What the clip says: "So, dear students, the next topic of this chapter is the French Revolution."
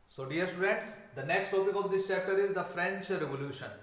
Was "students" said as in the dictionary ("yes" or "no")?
no